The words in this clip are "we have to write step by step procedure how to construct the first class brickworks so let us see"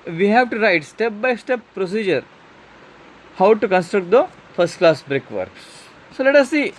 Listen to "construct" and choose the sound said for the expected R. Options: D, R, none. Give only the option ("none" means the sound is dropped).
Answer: R